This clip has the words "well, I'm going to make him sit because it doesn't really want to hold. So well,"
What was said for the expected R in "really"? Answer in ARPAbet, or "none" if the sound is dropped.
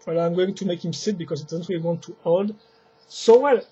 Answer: W